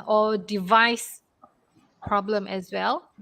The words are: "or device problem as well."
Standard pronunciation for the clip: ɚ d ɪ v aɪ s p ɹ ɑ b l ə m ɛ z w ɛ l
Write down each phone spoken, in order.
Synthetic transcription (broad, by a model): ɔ d ɪ v aɪ s p ɹ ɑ b l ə m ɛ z w ɛ l